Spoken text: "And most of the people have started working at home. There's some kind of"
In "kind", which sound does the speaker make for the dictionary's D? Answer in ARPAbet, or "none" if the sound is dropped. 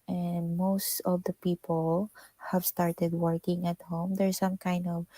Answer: D